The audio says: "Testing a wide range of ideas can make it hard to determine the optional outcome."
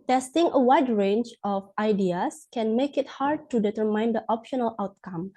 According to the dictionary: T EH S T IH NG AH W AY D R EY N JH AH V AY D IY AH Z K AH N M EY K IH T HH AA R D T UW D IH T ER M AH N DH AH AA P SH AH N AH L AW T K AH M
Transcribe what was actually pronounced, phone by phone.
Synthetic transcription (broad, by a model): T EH S T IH NG AH W AY D R EY N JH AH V AY D IY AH S K AH N M EY K IH T HH AA R D T UW D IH T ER M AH N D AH AA P SH AH N AH L AW T K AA M